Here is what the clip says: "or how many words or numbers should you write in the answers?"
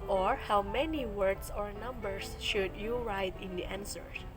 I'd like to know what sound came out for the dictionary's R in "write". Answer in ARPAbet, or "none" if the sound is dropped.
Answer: R